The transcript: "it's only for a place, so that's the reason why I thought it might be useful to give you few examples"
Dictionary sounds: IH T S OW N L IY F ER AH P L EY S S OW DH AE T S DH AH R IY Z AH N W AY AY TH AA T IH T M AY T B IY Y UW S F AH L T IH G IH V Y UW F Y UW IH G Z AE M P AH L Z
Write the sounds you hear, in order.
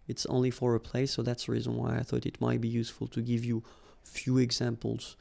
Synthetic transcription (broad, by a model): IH T S OW N L IY F ER AH P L EY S S OW DH AE T S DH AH R IY Z AH N W AY AY TH AA T IH T M AY T B IY Y UW S F AH L T IH G IH V Y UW F Y UW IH G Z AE M P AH L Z